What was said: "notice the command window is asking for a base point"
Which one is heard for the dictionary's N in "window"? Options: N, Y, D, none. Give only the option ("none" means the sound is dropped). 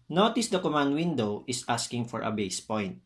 N